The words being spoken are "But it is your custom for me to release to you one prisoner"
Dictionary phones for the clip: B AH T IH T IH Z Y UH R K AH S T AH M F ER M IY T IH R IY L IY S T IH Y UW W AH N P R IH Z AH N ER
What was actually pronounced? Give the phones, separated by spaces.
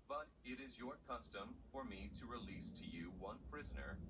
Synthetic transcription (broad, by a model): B AH T IH T IH Z Y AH R K AH S T AH M F ER M IY T IH R IY L IY S T IH Y UW W AH N P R IH Z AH N ER